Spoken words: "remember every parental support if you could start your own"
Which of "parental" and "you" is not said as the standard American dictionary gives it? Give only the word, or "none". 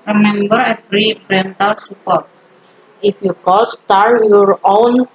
parental